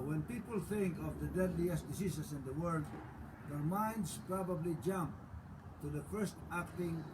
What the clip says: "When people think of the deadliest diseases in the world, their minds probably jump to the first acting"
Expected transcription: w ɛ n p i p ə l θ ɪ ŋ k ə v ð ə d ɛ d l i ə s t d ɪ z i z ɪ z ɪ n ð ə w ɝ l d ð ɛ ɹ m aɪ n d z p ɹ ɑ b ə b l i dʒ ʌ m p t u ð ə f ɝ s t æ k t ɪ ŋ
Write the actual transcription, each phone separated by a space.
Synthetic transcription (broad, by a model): w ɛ n p i p ə l θ ɪ ŋ k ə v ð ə d ɛ d l i ə s t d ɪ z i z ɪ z ɪ n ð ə w ɝ l d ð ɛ ɹ m aɪ n d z p ɹ ɑ b ə b l i dʒ ʌ m p t u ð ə f ɝ s t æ k t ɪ ŋ